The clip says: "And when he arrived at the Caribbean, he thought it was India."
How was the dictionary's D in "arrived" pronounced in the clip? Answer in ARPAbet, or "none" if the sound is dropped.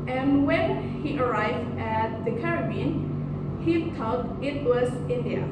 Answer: D